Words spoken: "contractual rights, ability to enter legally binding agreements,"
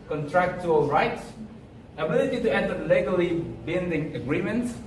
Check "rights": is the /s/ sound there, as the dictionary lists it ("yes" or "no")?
yes